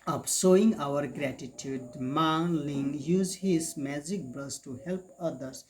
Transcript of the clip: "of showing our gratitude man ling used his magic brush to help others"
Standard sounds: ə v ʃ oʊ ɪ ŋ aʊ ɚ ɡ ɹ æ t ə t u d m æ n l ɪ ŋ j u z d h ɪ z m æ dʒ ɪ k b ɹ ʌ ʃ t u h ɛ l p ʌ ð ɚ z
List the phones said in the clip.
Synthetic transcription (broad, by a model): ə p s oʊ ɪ ŋ aʊ ɚ ɡ ɹ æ t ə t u d m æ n l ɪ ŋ j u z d h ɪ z m æ dʒ ɪ k b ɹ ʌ s t u h ɛ l p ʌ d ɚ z